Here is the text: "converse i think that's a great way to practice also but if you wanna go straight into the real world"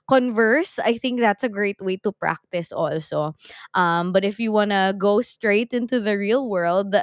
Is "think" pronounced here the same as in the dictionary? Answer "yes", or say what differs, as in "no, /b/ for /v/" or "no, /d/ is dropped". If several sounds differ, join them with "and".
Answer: yes